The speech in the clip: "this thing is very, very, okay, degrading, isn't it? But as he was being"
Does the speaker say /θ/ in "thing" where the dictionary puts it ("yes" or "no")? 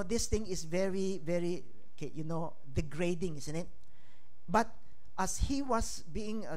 no